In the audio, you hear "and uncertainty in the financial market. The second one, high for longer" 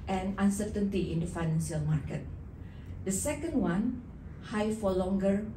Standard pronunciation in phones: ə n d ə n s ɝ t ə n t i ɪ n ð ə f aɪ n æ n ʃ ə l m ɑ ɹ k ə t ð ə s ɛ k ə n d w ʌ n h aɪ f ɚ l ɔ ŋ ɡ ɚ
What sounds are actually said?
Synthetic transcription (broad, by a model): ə n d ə n s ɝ t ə n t i ɪ n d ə f aɪ n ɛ n s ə l m ɑ ɹ k ə t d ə s ɛ k ə n d w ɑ n h aɪ f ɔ l ɔ ŋ ɡ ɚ